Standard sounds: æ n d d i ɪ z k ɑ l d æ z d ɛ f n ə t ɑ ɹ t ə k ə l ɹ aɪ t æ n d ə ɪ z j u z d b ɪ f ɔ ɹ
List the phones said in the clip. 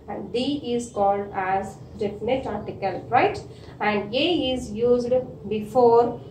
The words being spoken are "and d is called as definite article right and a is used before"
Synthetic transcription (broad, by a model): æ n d d i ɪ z k ɑ l d æ z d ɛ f n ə t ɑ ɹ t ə k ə l ɹ aɪ t æ n d ə ɪ z j u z d b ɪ f ɔ ɹ